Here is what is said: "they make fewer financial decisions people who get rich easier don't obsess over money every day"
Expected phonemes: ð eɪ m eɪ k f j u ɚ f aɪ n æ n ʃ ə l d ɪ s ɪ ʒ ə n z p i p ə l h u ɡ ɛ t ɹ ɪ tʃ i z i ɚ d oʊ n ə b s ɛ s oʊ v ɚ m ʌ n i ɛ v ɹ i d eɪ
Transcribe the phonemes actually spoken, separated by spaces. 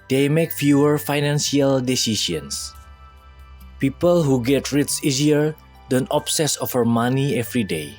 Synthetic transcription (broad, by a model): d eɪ m eɪ k f j u ɚ f aɪ n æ n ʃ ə l d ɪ s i s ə n s p i p ə l h u ɡ ɛ t ɹ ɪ s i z i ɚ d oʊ n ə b s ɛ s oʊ f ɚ m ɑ n i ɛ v ɹ i d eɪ